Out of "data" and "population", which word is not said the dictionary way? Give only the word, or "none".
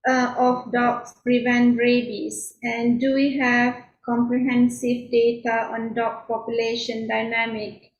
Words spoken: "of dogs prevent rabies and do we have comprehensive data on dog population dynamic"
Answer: none